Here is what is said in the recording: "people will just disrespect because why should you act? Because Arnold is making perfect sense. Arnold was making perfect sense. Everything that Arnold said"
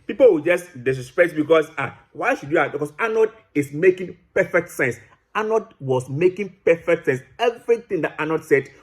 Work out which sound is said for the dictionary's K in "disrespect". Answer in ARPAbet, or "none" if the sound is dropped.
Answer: none